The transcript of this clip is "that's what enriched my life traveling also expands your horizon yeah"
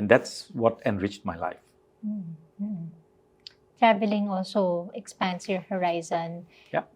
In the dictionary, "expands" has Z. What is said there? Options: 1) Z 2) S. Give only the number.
2